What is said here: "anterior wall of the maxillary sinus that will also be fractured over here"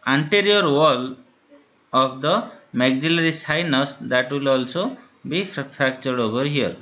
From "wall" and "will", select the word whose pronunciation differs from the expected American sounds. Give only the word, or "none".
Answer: none